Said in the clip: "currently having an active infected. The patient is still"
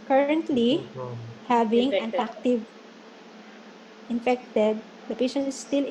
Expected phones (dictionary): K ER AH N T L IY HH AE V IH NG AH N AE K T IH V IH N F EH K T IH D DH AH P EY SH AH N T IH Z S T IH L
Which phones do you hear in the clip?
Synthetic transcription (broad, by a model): K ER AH N T L IY HH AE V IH NG AH N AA K T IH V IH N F EH K T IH D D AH P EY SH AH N IH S T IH L